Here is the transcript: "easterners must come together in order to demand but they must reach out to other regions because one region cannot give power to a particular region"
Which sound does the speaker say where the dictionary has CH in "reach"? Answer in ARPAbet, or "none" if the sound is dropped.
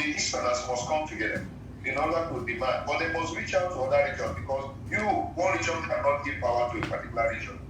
CH